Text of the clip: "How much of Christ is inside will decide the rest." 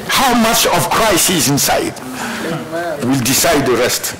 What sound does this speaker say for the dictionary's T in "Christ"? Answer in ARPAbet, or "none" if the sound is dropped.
none